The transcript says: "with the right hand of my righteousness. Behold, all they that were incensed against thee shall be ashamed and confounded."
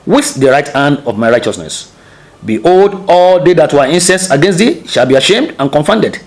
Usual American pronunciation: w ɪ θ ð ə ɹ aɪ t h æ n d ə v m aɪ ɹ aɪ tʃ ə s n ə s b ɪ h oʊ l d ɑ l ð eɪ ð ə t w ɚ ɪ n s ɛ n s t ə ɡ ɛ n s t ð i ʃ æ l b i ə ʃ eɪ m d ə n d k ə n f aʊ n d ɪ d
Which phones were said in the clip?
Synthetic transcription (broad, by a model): w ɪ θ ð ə ɹ aɪ t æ n d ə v m aɪ ɹ aɪ tʃ ə s n ə s b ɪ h oʊ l d ɑ l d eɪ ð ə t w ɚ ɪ n s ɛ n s ə ɡ ɛ n s t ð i ʃ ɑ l b i ə ʃ eɪ m d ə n k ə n f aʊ n d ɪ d